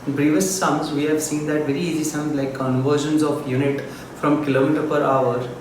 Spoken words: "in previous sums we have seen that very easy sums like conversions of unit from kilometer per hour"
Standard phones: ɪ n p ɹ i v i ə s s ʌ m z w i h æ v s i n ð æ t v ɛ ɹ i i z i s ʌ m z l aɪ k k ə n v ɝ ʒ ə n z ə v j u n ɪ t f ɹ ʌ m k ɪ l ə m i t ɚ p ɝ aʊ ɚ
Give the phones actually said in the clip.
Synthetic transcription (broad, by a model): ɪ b ɹ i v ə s s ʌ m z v i h æ v s i n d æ t v ɛ ɹ i i z i s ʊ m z l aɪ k k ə n v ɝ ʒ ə n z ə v j u n ɪ t f ɹ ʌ m k ɪ l ə m i t ɚ p ɝ aʊ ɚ